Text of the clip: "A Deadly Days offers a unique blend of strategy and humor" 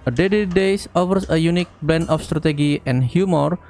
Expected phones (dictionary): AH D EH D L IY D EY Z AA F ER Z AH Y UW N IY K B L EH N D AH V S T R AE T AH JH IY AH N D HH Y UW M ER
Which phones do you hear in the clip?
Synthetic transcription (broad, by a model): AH D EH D IY D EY S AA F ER S AH Y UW N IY K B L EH N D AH F S T R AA T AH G IY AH N HH Y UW M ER